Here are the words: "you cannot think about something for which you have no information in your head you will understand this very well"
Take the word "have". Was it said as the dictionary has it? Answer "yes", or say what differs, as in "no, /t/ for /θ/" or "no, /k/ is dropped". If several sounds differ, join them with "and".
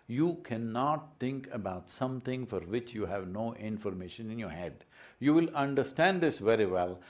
yes